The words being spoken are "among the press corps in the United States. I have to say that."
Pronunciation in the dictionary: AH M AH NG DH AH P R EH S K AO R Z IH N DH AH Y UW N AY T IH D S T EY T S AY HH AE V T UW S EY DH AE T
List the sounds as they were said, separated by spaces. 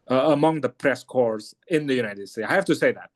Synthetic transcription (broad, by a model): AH M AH NG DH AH P R EH S K AO R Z IH N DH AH Y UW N AY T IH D S T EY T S AY HH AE F T UW S EY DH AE T